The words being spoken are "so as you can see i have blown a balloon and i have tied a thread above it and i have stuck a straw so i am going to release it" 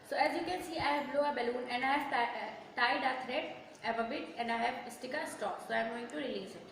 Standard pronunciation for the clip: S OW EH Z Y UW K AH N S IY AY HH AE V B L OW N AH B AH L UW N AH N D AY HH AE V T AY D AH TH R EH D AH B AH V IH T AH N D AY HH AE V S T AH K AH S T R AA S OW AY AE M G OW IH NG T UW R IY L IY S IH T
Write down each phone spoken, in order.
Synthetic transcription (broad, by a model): S OW EH Z Y UW K AH N S IY AY HH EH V L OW AH B AH L UW N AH N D AY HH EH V T AY D AH T R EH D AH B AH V IH T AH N D AY HH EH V S T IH K AH S T AA S OW AY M G OW IH NG T UW R IY L IY S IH T